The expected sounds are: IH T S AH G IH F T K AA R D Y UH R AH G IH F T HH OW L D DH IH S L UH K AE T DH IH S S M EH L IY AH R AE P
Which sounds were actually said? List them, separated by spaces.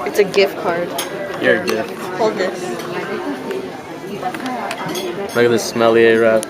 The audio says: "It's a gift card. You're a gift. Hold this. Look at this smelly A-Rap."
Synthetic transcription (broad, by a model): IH T S AH G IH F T K AA R D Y AH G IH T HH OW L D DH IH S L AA IH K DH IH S S M EH L IY AH R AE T